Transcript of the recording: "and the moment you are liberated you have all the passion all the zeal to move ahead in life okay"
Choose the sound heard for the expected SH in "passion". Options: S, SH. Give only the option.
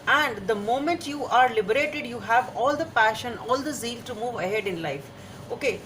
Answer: SH